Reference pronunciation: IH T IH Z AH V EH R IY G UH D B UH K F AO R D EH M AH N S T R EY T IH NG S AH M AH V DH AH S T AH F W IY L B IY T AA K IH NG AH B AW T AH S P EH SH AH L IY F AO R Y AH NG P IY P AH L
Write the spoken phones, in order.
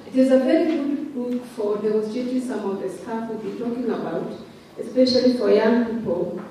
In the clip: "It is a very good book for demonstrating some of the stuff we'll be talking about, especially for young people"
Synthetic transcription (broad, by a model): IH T IH Z AH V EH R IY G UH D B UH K F AO R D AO AH S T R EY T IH S AH M AH V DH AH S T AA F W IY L B IY T AA K IH NG AH B AW T AH S P EH SH AH L IY F AO R Y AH NG P IY P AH L